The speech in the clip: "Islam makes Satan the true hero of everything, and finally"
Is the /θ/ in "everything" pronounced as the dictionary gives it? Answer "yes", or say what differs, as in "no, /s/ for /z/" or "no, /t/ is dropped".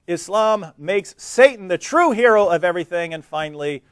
yes